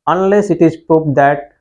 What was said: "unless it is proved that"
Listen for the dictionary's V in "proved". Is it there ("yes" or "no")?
no